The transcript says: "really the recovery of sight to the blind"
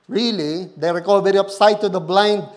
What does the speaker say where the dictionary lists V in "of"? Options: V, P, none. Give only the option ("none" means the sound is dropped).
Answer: P